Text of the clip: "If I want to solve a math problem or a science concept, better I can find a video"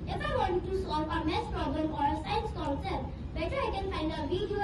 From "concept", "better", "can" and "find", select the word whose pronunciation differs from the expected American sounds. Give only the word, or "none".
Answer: concept